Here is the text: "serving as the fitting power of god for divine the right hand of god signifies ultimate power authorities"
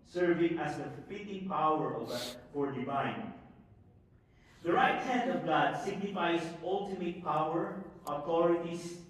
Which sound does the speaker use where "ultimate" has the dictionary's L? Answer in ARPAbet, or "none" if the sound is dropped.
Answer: L